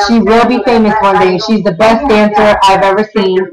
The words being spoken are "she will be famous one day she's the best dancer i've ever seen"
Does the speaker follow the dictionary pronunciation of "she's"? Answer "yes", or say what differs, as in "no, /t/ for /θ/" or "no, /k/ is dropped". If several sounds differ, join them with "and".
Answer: yes